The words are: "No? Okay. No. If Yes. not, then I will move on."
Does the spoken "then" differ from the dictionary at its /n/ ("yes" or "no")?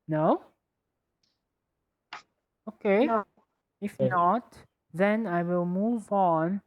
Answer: no